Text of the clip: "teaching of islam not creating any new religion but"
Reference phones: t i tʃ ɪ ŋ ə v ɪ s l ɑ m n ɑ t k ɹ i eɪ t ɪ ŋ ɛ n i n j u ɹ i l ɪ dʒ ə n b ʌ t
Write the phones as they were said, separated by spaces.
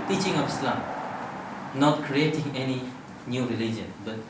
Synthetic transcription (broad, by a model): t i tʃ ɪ ŋ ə p ɪ s l ɑ m n ɑ t k ɹ i eɪ t ɪ ŋ ɛ n i n j u ɹ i l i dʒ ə n b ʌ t